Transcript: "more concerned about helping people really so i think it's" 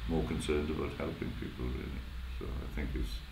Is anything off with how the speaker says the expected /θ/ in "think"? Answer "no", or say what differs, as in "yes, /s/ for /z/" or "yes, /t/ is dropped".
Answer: no